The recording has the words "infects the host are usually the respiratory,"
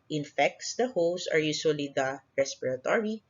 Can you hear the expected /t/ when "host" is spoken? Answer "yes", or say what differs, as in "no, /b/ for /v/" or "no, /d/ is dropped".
no, /t/ is dropped